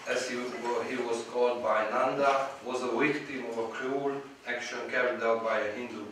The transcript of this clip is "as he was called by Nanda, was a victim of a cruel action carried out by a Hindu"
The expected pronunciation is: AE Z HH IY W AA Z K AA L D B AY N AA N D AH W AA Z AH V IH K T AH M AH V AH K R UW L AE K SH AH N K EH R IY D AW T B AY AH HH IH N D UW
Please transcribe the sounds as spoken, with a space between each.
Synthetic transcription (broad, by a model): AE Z HH IY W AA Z K AA L D B AY N AA N D AH W AA Z AH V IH K T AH M AH V AH K R UW L AE K SH AH N K EH R IY D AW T B AY AH HH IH N D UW